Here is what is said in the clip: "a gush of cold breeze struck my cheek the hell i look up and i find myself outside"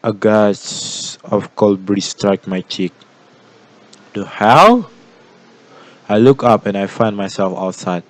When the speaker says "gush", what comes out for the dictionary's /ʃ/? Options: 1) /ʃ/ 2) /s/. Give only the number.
2